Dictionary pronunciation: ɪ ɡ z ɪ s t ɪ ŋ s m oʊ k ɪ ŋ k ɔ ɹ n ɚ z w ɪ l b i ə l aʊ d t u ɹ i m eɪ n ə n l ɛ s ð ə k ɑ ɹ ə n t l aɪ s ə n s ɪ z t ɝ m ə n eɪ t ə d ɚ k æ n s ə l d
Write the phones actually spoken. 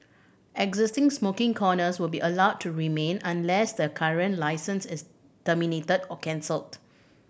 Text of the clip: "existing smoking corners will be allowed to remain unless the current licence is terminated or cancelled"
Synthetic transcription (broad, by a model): ɪ ɡ z ɪ s t ɪ ŋ s m oʊ k ɪ ŋ k ɔ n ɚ s w ɪ l b i ə l aʊ d t u ɹ i m eɪ n ə n l ɛ s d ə k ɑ ɹ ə n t l aɪ s ə n s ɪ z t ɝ m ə n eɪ t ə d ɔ k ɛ n s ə l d